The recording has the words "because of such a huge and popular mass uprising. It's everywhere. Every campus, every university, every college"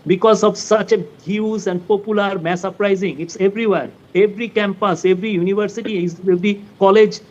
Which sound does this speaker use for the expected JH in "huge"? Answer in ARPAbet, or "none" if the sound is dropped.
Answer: Z